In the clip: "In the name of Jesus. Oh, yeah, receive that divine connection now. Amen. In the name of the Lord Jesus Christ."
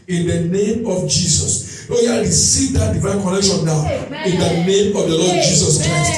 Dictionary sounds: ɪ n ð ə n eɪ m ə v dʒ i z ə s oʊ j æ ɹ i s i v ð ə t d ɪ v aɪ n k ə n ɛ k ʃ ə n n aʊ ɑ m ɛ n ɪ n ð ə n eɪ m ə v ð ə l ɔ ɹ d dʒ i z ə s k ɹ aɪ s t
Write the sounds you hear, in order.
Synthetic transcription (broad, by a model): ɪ n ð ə n eɪ m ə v dʒ i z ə s oʊ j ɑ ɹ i s i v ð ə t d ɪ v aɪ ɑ k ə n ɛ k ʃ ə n n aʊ ɑ ʊ ɪ n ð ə n eɪ m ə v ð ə l ɔ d dʒ i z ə s k ɹ aɪ s t